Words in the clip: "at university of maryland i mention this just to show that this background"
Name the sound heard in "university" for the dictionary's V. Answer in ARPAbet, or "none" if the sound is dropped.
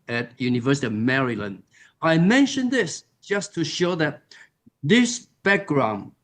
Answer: V